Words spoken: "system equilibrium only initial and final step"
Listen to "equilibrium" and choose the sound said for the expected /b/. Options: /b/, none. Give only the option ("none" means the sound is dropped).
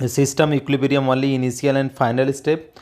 none